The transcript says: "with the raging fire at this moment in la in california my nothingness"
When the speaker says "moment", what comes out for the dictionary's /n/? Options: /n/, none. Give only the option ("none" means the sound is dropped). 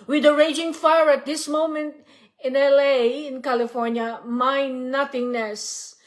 /n/